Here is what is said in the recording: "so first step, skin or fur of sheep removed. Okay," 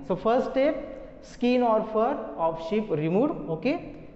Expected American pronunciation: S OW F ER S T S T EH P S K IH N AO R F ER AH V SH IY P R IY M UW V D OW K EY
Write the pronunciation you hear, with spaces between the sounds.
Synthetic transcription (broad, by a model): S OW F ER S T T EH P S K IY N AO R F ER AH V SH IY P R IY M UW D OW K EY